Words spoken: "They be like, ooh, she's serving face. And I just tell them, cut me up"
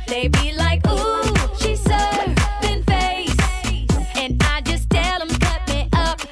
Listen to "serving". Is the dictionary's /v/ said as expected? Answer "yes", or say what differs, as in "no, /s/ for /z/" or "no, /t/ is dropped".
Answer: no, /b/ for /v/